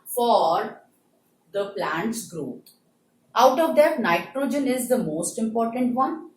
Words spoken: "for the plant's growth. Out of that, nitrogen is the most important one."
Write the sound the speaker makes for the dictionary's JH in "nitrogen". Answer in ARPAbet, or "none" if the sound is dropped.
JH